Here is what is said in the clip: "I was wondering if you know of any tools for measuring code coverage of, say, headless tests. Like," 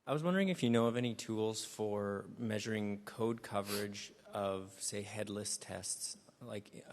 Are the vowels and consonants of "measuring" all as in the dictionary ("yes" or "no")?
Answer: yes